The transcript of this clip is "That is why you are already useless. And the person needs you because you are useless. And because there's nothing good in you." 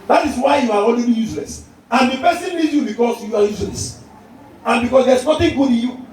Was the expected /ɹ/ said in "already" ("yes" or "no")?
no